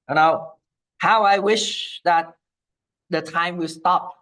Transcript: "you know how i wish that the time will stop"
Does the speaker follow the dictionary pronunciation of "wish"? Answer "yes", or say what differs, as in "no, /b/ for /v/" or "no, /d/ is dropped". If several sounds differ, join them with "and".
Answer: yes